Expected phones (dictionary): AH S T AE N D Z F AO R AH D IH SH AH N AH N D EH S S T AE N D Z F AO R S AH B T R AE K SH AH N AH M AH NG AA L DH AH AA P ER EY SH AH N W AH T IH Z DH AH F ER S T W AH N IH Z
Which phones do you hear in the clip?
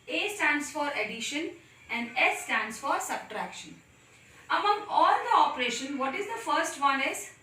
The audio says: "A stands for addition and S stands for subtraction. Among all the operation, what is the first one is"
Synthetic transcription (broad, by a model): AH S T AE N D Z F AO R AH D IH SH AH N AH N D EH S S T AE N D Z F AO R S AH B T R AE K SH AH N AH M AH NG AA L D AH AA P ER EY SH AH N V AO T IH Z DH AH F ER S T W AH N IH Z